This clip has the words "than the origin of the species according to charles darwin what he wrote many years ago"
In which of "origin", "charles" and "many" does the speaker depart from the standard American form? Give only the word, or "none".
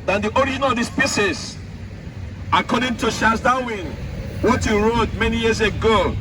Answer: charles